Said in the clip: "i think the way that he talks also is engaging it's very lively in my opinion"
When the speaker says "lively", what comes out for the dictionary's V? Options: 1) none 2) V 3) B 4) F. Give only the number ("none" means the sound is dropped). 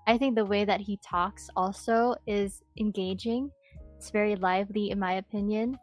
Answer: 2